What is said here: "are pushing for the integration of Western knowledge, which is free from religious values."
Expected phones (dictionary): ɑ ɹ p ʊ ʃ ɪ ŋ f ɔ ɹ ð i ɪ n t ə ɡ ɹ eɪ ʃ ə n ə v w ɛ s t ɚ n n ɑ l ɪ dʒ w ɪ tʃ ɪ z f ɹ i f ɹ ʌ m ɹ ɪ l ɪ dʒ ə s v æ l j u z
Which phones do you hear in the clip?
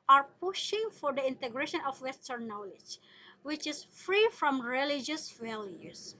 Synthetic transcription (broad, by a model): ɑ ɹ p ʊ ʃ ɪ ŋ f ɔ ɹ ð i ɪ n t ə ɡ ɹ eɪ ʃ ə n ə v w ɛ s t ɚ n n ɑ l ɪ dʒ w ɪ tʃ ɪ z f ɹ i f ɹ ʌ m ɹ ɪ l ɪ dʒ ə s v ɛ l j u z